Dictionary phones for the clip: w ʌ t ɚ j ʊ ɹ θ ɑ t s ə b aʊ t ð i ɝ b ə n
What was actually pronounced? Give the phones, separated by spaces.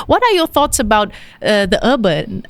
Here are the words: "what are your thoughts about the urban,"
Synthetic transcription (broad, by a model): w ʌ t ɚ j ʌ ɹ θ ɑ t s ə b aʊ t ð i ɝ b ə n